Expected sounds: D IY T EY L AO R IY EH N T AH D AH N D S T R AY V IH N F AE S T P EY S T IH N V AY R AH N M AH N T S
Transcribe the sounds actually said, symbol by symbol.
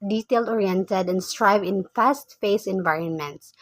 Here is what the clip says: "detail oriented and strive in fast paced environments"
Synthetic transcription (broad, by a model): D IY T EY L AO R IY EH N T AH D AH N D S T R AY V IH N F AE S T F EY S IH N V AY R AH N M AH N T S